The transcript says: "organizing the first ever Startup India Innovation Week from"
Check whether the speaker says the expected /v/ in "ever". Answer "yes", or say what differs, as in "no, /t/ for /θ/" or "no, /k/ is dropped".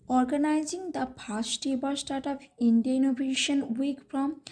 no, /b/ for /v/